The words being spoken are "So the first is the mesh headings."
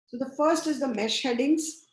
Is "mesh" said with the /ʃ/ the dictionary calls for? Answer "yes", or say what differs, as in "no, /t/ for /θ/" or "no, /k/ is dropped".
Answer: yes